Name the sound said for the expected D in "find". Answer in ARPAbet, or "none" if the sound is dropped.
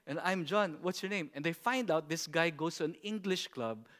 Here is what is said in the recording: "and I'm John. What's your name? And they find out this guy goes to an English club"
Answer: D